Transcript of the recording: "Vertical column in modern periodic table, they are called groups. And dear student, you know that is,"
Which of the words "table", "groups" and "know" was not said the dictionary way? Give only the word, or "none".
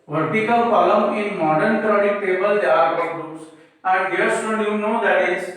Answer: groups